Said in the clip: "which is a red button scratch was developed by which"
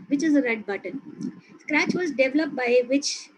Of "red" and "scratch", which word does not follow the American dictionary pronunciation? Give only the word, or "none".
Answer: none